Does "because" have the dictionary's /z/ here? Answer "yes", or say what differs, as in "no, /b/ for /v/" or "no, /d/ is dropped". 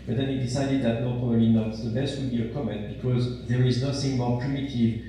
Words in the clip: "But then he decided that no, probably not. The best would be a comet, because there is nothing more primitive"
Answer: yes